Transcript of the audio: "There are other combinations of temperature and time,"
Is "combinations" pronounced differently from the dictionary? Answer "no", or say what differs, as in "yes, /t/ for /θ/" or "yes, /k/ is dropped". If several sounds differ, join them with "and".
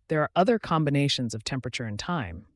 no